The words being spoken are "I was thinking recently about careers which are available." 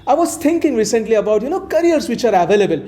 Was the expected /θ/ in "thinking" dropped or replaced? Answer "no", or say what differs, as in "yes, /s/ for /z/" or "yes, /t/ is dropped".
yes, /t/ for /θ/